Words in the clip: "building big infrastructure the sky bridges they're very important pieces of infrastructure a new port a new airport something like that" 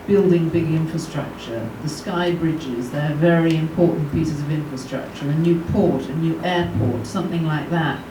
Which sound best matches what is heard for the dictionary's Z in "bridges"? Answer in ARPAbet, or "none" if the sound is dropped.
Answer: Z